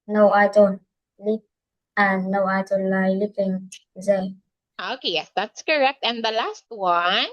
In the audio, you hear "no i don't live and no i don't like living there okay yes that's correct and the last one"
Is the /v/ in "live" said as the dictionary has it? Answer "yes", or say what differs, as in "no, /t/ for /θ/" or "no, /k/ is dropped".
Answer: no, /p/ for /v/